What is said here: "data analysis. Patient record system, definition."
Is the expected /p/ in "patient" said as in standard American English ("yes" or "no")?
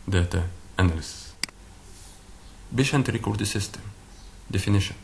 no